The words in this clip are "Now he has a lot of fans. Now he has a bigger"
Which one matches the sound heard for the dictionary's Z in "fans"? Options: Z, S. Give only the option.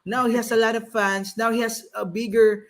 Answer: S